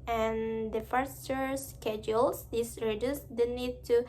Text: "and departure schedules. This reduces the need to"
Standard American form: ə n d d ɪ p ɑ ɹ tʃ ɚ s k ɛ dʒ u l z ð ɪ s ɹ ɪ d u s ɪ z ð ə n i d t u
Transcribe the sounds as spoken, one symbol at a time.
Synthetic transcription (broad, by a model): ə n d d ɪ f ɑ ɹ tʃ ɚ s k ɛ dʒ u l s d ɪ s ɹ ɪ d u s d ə n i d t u